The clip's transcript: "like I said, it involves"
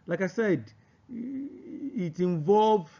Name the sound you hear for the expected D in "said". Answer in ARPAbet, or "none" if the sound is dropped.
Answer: D